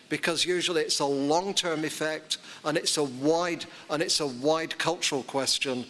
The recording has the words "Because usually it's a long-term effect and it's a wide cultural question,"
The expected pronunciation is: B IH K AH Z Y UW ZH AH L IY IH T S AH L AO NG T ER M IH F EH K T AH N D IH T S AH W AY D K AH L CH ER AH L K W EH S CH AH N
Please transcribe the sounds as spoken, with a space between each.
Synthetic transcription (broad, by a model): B IH K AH Z Y UW ZH AH L IY IH T S AH L AO NG T ER M IH F EH K T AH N D IH T S AH W AY D K AH L CH ER AH L K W EH S CH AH N